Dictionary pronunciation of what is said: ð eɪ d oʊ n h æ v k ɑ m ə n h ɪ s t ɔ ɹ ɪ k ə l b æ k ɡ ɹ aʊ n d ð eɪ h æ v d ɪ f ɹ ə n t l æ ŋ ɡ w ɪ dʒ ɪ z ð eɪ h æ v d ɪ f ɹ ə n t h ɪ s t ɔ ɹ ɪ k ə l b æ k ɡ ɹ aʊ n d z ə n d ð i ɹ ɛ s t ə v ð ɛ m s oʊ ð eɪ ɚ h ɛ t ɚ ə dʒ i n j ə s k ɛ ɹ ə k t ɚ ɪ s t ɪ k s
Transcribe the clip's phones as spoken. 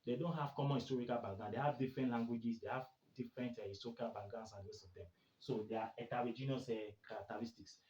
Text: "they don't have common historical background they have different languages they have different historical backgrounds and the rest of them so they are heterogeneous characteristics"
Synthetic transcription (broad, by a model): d eɪ d oʊ n h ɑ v k ɑ m ə n h ɪ s t ɔ ɹ ɪ k ə l b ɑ ɡ aʊ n d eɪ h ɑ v d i f ɹ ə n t l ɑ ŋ ɡ w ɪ dʒ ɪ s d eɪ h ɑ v d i f ɹ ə n t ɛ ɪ s t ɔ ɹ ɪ k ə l b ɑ ɡ aʊ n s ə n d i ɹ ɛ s ə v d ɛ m s oʊ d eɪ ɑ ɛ t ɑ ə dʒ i n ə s k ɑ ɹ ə k t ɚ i s t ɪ k s